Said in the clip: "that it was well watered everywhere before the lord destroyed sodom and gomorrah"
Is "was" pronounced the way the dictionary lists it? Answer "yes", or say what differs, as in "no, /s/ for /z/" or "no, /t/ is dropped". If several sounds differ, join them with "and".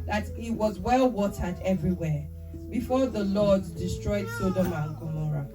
yes